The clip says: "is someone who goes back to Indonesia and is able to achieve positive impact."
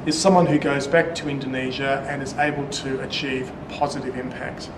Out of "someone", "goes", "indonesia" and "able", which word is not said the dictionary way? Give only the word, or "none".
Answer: none